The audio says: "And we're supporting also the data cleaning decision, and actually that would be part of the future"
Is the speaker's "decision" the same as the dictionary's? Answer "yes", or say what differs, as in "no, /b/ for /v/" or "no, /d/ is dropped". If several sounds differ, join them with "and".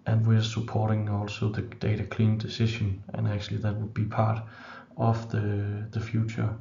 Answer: no, /ʃ/ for /ʒ/